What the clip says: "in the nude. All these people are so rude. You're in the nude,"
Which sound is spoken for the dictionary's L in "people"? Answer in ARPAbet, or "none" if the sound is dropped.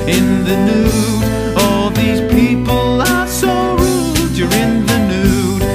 L